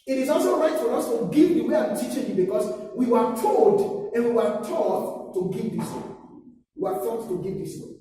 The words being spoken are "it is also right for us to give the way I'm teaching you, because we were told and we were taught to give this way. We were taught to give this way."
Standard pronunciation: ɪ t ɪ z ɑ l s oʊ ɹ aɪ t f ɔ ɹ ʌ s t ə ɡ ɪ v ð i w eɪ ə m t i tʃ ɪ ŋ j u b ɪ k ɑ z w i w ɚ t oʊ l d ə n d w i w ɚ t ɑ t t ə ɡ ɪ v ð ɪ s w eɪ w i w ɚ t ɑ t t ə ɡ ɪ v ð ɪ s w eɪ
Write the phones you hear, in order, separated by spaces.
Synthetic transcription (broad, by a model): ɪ t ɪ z ɑ l s oʊ ɹ aɪ t f ɔ ɹ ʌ s t ə ɡ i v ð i w eɪ ə m t i tʃ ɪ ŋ j u b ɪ k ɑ s w i w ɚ t oʊ l d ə n w i w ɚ t ɑ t t ə ɡ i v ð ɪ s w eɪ w i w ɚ t ɑ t t ə ɡ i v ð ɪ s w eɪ